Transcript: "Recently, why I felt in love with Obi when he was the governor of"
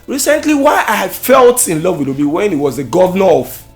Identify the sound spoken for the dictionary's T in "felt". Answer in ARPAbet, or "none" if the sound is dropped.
T